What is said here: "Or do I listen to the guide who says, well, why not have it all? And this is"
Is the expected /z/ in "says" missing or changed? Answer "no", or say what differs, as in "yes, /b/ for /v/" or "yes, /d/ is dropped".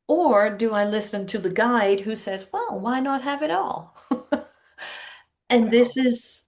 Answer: no